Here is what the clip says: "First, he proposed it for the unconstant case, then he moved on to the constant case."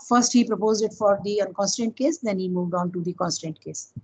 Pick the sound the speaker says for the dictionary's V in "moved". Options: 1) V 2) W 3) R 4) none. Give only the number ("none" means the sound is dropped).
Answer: 1